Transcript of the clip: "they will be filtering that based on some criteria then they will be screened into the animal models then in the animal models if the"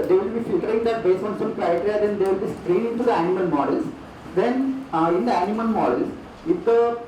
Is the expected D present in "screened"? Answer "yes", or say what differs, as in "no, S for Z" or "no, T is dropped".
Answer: no, D is dropped